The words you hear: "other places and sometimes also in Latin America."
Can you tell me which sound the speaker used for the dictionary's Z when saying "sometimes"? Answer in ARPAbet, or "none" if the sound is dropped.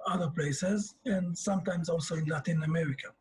Z